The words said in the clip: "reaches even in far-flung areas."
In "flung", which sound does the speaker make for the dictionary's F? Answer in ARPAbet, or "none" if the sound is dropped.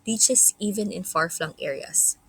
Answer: F